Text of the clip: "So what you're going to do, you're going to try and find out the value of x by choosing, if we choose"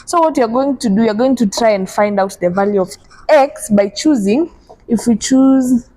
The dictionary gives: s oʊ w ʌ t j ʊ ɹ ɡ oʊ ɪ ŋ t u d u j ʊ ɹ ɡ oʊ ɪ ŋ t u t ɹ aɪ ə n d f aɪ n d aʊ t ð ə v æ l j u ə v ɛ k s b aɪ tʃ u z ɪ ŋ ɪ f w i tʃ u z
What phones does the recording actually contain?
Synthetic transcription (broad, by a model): s oʊ w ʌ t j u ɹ ɡ oʊ ɪ ŋ t u d u j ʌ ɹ ɡ oʊ ɪ ŋ t u t ɹ aɪ ə n d f aɪ n d aʊ t ð ə v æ l j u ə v ɛ k s b aɪ tʃ u z ɪ ŋ ɪ f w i tʃ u z